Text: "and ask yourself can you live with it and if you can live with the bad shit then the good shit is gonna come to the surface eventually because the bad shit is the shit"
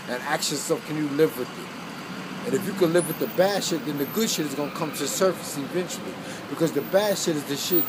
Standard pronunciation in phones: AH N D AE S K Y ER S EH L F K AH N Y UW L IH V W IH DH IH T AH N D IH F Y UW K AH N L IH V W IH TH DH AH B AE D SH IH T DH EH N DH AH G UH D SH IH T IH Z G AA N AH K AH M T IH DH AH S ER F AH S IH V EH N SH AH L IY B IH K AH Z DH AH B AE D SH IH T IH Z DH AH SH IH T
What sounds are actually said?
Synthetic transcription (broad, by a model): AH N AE K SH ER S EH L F K AH N Y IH L IH V W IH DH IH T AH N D IH F Y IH K AH N L IH V W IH DH AH B AE D SH IH T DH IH N DH AH G UH D SH IH T IH Z G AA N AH K AH M T IH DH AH S ER F AH S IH V EH N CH L IY B IH K AH Z DH AH B AE D SH IH T IH Z DH AH SH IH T